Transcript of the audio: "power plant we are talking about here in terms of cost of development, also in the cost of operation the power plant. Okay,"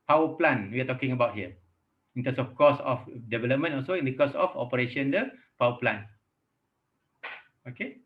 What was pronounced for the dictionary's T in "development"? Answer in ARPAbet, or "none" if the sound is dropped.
none